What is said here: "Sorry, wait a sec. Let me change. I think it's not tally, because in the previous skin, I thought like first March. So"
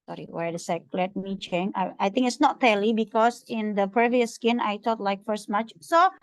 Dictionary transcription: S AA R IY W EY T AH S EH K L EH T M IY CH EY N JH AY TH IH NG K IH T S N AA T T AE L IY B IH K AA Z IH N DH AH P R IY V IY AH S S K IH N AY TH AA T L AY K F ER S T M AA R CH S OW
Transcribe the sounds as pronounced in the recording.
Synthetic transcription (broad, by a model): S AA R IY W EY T AH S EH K L EH T M IY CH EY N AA AY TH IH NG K IH T S N AA T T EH L IY B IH K AA S IH N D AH P R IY V IY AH S S K IH N AY T AA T L AY K F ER S T M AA CH S OW